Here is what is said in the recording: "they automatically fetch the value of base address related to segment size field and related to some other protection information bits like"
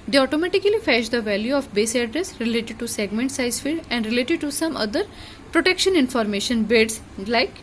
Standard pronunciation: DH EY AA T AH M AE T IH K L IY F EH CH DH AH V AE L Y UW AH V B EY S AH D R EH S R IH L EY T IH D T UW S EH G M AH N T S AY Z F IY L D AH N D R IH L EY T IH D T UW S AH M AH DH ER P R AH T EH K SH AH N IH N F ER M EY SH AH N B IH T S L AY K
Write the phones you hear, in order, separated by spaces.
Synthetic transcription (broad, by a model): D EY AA T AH M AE T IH K L IY F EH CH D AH V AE L Y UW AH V B EY S AH D R EH S R IH L EY T IH D T UW S EH G M AH N T S AY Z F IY D AH N D R IH L EY T IH D T UW S AH M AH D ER P R AH T EH K SH AH N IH N F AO M EY SH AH N B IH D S L AY K